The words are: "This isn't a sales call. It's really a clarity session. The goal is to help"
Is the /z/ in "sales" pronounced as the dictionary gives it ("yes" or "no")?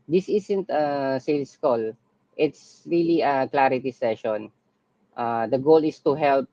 no